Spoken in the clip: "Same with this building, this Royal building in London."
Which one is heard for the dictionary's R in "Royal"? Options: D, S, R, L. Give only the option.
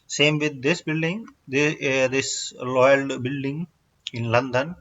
L